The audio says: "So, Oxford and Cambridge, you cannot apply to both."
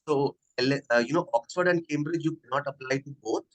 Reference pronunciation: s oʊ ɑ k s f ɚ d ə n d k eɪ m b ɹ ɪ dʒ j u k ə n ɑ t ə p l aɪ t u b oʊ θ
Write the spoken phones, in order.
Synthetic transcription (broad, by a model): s oʊ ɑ k s f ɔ d ə n d k eɪ m b ɹ ɪ dʒ j u k ə n ɑ t ə p l aɪ t u b oʊ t